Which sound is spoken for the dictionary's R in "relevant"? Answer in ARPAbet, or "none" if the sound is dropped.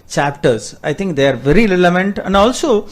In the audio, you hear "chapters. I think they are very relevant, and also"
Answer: L